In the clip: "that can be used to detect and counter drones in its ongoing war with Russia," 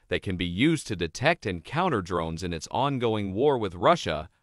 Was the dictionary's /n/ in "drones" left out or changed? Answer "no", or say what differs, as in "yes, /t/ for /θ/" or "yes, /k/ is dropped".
no